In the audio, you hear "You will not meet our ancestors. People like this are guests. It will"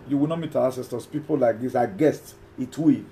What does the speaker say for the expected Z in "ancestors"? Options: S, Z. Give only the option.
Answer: S